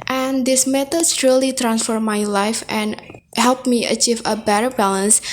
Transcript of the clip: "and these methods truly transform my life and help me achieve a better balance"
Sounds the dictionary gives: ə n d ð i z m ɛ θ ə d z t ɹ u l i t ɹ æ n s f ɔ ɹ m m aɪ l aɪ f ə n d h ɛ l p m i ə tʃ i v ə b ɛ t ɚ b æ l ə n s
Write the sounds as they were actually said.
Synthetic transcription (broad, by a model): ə n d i s m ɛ t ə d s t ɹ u l i t ɹ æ n s f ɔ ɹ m m aɪ l aɪ f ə n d h ɛ l p m i ə tʃ i v ə b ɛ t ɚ b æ l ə n s